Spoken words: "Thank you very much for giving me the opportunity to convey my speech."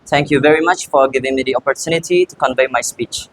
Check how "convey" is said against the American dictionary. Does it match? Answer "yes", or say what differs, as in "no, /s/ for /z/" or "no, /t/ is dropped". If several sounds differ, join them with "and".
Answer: yes